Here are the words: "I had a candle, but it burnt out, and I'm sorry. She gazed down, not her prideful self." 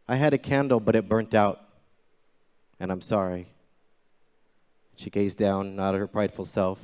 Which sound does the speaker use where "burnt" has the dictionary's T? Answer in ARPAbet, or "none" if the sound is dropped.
T